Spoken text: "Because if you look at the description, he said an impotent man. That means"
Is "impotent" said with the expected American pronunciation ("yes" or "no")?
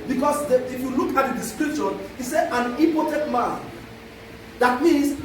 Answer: no